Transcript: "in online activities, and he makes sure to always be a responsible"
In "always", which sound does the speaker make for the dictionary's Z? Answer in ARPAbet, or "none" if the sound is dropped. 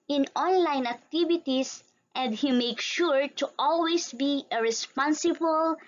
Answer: S